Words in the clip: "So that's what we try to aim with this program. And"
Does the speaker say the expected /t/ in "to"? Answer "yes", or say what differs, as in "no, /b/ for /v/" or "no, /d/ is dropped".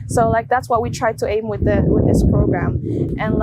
yes